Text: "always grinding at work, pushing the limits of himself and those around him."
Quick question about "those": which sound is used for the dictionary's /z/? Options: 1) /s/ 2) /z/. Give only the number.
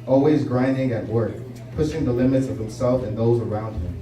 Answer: 2